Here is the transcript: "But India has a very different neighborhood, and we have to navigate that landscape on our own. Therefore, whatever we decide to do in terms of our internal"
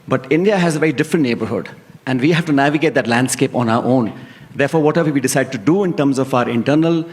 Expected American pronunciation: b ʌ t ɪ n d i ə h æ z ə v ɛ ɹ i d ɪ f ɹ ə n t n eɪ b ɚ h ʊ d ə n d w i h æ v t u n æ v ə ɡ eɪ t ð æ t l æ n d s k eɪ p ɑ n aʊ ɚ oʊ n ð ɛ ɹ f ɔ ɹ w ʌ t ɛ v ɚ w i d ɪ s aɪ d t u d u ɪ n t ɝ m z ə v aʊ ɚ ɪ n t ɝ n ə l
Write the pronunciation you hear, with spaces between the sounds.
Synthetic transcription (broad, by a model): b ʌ t ɪ n d i ə h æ z ə v ɛ ɹ i d ɪ f ɹ ə n t n eɪ b ɚ h ʊ d ə n d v i h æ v t u n æ v ə ɡ eɪ t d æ t l æ n d s k eɪ p ɑ n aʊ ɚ oʊ n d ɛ ɹ f ɔ ɹ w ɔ t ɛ v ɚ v i d ɪ s aɪ d t u d u ɪ n t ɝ m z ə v aʊ ɚ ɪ n t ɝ n ə l